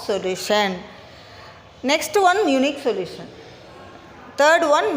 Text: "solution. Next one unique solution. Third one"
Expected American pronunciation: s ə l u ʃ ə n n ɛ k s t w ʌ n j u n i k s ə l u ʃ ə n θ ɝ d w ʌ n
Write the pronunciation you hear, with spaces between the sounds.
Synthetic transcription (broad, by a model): s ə l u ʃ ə n n ɛ k s t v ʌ n j u n i k s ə l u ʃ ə n t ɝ d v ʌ n